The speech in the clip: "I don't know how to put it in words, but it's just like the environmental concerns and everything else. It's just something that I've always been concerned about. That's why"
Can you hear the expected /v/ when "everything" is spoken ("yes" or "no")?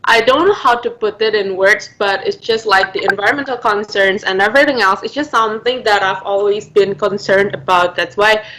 yes